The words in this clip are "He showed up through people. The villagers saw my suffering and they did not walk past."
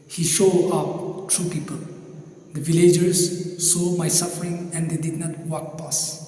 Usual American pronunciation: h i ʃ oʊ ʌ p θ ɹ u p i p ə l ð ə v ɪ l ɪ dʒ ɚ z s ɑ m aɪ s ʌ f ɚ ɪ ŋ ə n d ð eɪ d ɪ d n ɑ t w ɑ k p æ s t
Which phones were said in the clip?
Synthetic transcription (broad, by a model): h i ʃ oʊ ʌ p t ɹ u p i p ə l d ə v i l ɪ dʒ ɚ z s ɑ m aɪ s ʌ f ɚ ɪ ŋ ə n d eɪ d ɪ d n ɑ t w ɑ k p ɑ s